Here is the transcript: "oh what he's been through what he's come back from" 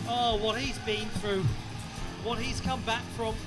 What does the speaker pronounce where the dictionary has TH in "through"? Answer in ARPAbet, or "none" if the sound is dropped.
TH